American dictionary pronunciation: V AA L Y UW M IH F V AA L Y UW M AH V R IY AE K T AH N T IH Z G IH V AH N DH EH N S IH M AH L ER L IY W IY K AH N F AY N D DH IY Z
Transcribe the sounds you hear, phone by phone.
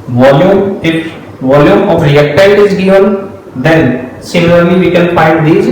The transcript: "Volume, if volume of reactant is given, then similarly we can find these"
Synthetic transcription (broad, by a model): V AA L Y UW M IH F V AA L Y UW M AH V R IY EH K T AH T IH Z G IH V AH N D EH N S IH M AH L ER L IY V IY K AH N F AY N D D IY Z